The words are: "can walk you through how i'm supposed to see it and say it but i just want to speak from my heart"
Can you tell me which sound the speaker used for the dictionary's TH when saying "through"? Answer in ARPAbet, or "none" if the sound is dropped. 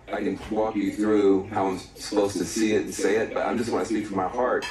TH